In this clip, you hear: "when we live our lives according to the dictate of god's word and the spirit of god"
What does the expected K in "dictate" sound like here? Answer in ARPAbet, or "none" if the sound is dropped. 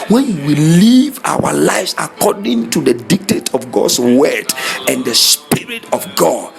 K